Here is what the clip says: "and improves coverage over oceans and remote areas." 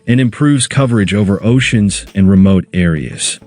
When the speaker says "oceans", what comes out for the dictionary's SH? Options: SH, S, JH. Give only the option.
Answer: SH